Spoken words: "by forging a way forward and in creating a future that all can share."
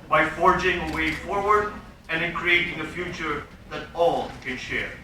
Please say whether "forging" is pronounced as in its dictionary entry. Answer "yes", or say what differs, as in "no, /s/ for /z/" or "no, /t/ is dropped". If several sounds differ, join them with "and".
yes